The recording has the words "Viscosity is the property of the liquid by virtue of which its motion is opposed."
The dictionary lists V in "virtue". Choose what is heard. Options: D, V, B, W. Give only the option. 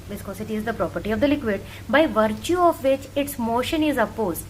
V